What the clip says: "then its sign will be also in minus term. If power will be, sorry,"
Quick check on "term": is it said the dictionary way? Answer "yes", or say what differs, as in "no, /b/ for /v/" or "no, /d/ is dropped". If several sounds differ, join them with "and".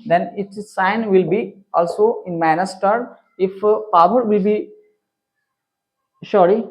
no, /m/ is dropped